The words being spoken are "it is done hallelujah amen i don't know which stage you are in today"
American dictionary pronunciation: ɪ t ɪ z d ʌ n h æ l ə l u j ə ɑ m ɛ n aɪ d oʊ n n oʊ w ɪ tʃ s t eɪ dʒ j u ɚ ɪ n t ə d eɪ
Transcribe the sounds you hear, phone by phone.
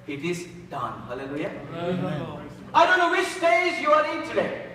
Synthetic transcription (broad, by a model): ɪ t ɪ z d ʌ n h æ l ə l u j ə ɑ ɪ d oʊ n n oʊ w ɪ tʃ s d eɪ z j u ɚ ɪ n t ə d eɪ